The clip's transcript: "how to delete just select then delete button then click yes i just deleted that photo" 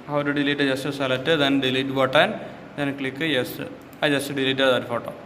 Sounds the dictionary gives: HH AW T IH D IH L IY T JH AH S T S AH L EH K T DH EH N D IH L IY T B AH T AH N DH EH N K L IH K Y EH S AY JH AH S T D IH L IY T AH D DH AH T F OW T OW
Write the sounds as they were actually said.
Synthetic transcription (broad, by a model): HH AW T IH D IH L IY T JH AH S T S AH L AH T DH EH N D IH L IY T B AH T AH N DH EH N K L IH K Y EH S AY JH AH S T D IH L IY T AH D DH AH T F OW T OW